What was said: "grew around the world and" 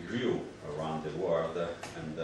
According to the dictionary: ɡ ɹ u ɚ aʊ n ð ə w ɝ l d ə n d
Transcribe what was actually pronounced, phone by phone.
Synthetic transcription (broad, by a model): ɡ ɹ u ɚ aʊ n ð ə w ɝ d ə n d